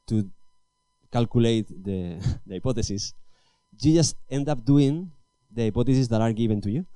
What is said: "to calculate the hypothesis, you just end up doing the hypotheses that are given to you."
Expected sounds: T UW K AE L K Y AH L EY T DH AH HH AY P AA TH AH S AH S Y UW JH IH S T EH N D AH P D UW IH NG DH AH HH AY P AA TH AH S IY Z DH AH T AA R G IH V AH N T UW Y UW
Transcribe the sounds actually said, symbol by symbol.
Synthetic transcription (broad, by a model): T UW K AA L K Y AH L EY T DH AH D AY P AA T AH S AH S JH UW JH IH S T EH N D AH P D UW IH NG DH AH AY P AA T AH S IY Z DH AH T AA R G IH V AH N T UW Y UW